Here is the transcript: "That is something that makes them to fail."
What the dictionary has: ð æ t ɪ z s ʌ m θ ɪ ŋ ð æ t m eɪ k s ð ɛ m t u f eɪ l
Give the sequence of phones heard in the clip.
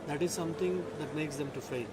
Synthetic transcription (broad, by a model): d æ t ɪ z s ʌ m t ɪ ŋ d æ t m eɪ k s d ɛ m t u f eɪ